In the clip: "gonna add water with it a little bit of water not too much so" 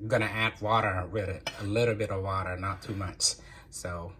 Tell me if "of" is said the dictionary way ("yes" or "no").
yes